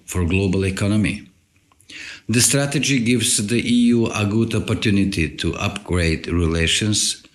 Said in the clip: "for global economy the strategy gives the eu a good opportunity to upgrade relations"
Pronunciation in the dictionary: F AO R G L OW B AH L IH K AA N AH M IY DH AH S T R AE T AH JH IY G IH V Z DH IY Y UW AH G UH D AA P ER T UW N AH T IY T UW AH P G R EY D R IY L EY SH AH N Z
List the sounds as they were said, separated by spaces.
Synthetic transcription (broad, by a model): F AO R G L OW B AH L IH K AA N AH M IY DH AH S T R AE T AH JH IY G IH V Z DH IY Y UW AH G UH D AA P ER T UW N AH T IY T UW AH P G R EY D R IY L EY SH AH N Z